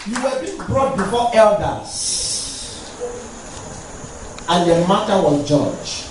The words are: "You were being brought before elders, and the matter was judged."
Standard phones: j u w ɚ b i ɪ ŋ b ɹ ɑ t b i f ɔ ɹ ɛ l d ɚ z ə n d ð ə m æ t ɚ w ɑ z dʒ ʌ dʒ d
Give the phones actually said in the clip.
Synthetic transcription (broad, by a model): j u w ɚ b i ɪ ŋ b ɹ ɑ t b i f ɔ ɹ ɛ l d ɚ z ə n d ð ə m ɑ t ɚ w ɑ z dʒ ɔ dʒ